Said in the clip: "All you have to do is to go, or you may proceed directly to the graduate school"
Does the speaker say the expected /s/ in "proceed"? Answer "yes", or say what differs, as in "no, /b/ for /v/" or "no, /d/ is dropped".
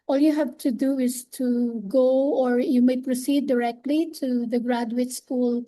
yes